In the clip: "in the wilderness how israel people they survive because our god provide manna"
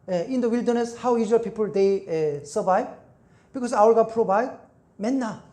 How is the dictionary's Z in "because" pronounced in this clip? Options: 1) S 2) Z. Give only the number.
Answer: 1